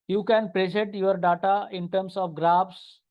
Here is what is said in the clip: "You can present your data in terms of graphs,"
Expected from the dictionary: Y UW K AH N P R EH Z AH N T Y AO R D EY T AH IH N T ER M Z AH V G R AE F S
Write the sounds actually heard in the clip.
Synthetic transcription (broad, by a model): Y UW K AH N P R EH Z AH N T Y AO R D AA T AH IH N T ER M S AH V G R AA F S